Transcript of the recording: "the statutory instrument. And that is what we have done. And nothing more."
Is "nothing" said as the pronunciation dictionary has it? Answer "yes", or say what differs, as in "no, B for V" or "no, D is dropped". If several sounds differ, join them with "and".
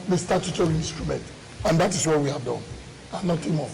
no, T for TH